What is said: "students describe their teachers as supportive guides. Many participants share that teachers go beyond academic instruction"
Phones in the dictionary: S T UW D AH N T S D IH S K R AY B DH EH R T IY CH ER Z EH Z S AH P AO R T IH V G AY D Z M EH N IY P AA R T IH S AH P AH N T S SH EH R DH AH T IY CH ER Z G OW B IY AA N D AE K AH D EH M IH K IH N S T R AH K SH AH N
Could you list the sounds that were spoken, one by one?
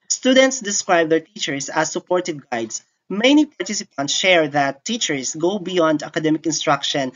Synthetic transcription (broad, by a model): S T UW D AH N T S D IH S K R AY B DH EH R T IY CH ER S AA S AH P AO R T IH V G AY D S M EH N IY P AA R T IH S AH P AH N T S SH EH R DH AH T IY CH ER S G OW B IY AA N D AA K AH D EH M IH K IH N S T R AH K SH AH N